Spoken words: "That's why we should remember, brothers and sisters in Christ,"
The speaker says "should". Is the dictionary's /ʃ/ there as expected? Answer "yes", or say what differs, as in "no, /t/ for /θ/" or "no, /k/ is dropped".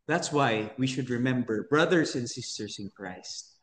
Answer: yes